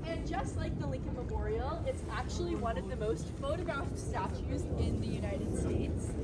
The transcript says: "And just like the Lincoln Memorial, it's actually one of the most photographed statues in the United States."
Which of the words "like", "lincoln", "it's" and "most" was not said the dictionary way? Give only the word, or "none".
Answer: none